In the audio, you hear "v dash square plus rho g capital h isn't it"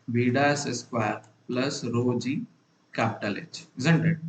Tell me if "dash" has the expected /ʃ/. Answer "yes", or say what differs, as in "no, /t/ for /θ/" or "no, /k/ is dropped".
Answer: no, /s/ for /ʃ/